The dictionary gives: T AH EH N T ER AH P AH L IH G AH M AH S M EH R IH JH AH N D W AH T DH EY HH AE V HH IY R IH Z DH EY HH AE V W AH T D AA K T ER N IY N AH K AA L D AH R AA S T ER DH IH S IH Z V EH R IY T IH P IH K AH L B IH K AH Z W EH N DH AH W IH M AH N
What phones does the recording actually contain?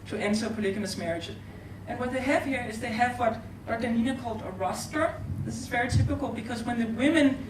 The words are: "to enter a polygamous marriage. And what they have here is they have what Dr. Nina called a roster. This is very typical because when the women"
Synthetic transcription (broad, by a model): T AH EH N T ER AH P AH L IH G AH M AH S M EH R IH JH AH N W AH T DH EY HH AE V HH IY R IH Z DH EY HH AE V W AH T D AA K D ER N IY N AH K AA L D AH R AA S T ER DH IH S IH Z V EH R IY T IH P IH K AH L B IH K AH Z W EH N DH AH W IH M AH N